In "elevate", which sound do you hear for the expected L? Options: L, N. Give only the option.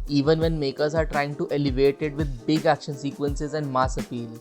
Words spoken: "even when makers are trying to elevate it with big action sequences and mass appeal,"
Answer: L